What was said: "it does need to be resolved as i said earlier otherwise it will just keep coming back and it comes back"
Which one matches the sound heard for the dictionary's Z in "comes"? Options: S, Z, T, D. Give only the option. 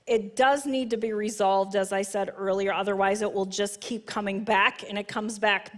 Z